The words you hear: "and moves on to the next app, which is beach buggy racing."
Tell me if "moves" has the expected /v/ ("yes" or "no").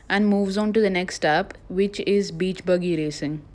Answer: yes